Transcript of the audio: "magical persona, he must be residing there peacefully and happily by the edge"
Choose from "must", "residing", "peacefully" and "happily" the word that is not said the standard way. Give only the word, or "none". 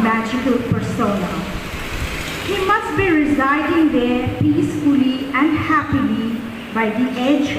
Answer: none